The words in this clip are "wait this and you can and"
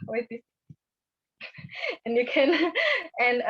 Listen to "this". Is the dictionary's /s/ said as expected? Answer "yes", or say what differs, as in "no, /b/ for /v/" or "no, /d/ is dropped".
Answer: no, /s/ is dropped